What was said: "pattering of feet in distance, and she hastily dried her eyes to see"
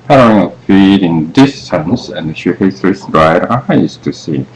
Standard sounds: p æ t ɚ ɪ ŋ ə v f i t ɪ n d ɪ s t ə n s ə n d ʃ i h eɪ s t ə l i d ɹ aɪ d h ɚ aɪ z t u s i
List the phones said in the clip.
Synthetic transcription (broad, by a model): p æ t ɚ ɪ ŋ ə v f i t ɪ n d ɪ s t ə n s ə n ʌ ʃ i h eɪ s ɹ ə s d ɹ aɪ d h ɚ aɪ s t u s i